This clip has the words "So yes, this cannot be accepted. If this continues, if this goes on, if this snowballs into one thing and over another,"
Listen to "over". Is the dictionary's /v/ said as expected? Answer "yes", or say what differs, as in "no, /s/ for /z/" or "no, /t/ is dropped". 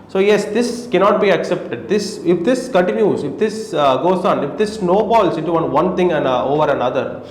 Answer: yes